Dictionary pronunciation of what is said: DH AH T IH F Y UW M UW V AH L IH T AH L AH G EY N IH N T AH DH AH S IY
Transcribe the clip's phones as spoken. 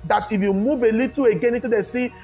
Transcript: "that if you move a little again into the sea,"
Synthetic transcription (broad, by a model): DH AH T IH F Y UW M UW V AH L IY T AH AH G EY N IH T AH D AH S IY